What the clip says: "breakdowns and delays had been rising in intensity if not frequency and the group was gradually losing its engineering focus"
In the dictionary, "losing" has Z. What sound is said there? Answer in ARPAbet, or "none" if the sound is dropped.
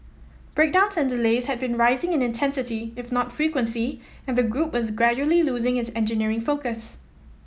Z